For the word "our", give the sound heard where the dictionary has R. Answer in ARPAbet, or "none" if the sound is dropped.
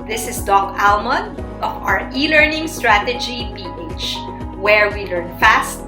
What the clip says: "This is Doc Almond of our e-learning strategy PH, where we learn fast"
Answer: R